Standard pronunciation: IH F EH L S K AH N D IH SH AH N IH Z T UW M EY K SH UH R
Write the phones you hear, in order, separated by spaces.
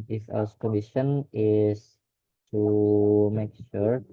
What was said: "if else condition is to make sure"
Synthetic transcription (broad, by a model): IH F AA S K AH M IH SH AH N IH S T UW M EY K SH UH R